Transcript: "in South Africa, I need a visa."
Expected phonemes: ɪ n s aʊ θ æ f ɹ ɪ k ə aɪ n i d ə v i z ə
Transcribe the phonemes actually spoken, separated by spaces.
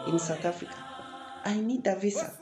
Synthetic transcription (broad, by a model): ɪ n s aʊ t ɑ f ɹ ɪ k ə aɪ n i d ə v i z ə